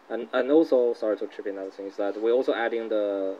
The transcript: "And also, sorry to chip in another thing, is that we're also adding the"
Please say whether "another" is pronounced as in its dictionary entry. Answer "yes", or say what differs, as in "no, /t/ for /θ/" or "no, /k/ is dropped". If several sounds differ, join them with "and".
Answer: no, /n/ is dropped